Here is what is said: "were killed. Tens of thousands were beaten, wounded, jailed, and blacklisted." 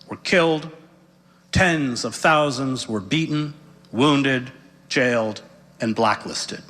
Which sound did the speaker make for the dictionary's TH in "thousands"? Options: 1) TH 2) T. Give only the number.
1